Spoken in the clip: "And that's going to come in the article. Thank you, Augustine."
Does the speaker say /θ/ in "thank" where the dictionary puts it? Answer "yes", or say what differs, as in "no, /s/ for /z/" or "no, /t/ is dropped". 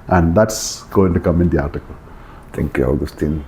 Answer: no, /t/ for /θ/